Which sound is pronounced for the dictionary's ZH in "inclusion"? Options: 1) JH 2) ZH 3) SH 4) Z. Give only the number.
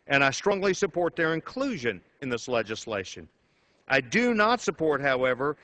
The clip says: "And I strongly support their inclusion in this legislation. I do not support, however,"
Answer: 2